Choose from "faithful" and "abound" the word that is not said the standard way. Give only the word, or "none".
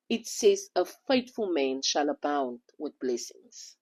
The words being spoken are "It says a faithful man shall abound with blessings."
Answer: faithful